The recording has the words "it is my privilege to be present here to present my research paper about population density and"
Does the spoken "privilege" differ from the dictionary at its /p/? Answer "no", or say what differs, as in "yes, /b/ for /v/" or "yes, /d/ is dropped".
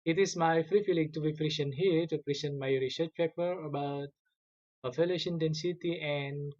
yes, /f/ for /p/